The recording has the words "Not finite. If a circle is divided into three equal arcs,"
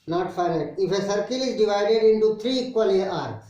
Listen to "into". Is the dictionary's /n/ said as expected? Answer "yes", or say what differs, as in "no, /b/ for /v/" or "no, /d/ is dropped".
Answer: yes